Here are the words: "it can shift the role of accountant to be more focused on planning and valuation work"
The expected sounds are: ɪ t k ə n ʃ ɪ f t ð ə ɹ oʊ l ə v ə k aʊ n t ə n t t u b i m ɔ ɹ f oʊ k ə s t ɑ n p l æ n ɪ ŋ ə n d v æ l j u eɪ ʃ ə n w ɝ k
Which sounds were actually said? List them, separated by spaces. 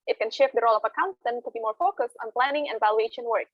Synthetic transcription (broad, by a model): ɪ t k ə n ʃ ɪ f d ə ɹ oʊ l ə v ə k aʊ n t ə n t t u b i m ɔ ɹ f oʊ k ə s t ɑ n p l æ n ɪ ŋ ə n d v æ l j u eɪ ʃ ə n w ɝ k